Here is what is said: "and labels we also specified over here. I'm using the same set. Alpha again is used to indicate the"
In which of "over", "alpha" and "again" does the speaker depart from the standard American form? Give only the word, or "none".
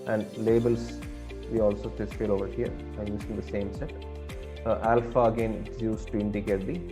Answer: none